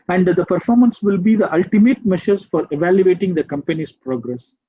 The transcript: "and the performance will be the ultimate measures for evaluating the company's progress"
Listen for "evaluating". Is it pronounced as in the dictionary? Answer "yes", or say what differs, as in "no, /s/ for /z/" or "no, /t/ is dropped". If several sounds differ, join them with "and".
yes